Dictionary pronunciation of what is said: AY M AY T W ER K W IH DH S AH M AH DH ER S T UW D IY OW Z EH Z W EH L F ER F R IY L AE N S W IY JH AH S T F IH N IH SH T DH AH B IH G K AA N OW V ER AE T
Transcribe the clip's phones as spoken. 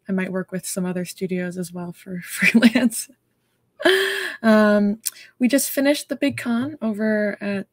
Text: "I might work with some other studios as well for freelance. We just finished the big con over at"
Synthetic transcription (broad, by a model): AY M AY T W ER K W IH DH S AH M AH DH ER S T UW D IY OW Z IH Z W EH L F ER F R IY L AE N S W IY JH AH S T F IH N IH SH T DH AH B IH G K AA N OW V ER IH T